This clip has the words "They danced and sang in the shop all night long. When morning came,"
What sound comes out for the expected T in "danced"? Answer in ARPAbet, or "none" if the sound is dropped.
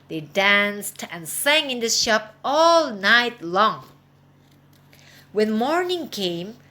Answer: T